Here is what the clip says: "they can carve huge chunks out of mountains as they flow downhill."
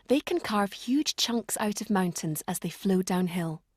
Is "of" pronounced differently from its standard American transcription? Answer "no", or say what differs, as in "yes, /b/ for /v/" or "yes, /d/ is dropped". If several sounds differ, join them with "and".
no